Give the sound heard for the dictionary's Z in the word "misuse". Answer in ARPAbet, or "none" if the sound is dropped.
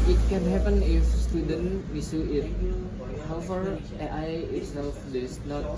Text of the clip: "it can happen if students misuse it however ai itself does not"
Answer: none